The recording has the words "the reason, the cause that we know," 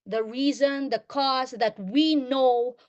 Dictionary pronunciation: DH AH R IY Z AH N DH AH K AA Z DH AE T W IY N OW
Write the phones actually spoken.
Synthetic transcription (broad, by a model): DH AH R IY Z AH N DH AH K AA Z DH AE T W IY N OW